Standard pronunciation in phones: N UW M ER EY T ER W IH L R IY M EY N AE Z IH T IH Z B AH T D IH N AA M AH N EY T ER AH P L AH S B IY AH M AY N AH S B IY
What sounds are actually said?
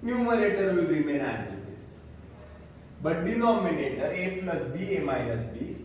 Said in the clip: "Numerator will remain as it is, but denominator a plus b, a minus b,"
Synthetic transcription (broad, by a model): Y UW M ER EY T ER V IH L R IY M EY N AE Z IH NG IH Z B AH T D IH N AA M AH N EY T ER AH P L AH S B IY AH M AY AH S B IY